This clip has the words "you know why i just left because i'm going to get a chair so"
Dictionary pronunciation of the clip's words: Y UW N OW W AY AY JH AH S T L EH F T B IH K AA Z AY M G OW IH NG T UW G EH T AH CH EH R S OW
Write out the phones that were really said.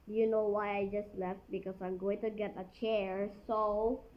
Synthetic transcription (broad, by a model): Y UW N OW W AY AY JH AH S T L EH F T B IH K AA S AY M G OW IH NG T UW G EH T AH CH EH R S OW